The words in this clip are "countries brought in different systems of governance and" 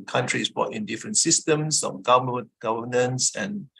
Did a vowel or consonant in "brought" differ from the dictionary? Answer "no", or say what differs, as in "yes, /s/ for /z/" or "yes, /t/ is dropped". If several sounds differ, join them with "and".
yes, /ɹ/ is dropped